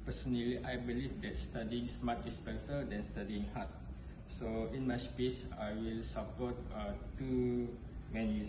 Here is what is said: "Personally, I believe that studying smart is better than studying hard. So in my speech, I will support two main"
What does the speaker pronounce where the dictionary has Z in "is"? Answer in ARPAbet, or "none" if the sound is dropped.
S